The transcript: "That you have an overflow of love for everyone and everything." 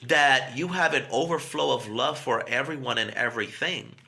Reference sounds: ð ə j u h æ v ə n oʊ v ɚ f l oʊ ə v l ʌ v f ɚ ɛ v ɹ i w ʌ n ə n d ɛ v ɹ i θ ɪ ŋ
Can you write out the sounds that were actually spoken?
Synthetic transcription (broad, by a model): ð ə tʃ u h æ v ə n oʊ v ɚ f l oʊ ə v l ʌ v f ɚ ɛ v ɹ i w ʌ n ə n ɛ v ɹ i θ ɪ ŋ